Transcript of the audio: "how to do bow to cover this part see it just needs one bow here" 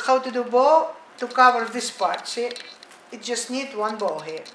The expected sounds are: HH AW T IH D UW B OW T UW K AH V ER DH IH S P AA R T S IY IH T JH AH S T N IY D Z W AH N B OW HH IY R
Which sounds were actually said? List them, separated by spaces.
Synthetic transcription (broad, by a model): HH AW T IH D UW B OW T UW K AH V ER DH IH S P AA R T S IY IH T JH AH S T N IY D W AH N B OW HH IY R